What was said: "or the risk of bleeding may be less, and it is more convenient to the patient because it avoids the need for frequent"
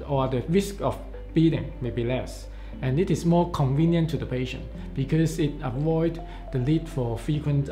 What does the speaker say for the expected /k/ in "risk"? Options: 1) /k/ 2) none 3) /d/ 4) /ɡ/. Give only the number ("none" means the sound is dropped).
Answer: 1